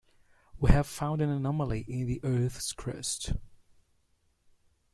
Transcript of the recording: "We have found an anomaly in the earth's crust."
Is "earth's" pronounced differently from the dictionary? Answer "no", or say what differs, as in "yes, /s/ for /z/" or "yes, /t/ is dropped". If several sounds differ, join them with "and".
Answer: no